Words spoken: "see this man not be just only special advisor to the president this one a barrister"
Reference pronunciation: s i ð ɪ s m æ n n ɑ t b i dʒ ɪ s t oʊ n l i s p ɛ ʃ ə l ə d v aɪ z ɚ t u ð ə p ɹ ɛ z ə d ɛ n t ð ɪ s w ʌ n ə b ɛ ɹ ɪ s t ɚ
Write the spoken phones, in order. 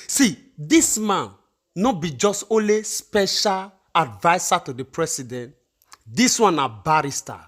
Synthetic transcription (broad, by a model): s i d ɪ s m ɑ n n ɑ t b i dʒ ɪ s t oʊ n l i s p ɛ ʃ ə l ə d v aɪ s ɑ t u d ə p ɹ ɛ s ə d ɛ n t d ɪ s w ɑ n ə b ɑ ɹ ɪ s t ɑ